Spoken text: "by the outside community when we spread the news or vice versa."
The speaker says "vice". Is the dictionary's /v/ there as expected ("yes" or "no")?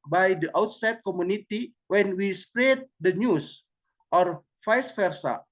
no